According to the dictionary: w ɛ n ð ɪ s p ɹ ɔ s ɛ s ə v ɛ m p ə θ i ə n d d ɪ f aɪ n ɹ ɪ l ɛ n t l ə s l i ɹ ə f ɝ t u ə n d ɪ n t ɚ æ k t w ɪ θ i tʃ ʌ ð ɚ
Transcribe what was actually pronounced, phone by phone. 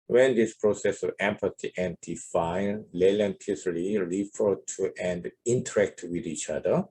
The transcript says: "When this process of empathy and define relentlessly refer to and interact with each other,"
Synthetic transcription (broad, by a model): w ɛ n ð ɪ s p ɹ ɔ s ɛ s ə v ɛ m p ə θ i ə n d d ɪ f aɪ n l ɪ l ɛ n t ə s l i ɹ ə f ɝ t u ə n d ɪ n t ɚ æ k t w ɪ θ i tʃ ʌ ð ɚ